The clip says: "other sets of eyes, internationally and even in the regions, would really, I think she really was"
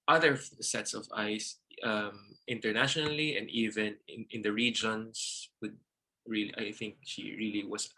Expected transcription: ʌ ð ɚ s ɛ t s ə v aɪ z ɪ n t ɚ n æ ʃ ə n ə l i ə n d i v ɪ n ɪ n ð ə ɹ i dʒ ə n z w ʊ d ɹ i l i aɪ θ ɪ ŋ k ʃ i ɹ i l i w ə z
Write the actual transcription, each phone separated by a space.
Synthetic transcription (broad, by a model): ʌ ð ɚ s ɛ t s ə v aɪ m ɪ n t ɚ n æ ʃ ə n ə l i ə n d i v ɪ n ɪ n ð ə ɹ i dʒ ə n s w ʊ d ɹ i l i aɪ θ ɪ ŋ k ʃ i ɹ i l i w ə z